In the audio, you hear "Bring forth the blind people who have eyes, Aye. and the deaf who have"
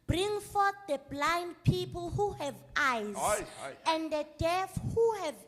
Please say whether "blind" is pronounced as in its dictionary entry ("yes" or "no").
yes